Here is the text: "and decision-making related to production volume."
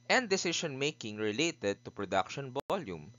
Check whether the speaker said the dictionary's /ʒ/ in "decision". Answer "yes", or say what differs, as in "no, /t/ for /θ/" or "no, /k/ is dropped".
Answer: no, /ʃ/ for /ʒ/